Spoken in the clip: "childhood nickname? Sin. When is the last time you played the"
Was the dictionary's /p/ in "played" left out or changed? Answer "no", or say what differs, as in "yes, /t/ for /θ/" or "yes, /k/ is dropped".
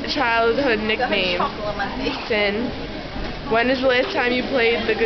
no